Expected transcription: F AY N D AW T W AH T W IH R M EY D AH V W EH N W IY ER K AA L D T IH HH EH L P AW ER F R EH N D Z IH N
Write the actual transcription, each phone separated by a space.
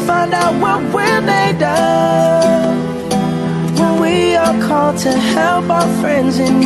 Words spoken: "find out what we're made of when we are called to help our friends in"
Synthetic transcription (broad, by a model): F AY N D AW T W AH T W IH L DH EY D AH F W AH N W IY ER K AA L D T IH HH EH L P AW ER F R EH N D Z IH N